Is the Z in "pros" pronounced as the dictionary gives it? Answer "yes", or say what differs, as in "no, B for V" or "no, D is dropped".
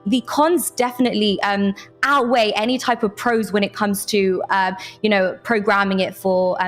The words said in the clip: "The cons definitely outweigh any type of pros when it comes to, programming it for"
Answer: yes